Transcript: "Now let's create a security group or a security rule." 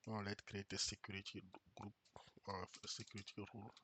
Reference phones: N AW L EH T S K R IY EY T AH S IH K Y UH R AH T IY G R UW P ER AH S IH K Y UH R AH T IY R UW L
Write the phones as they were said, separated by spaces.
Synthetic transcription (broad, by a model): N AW L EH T K R IY EY T AH S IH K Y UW R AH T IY G R UW P AH S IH K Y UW R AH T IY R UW L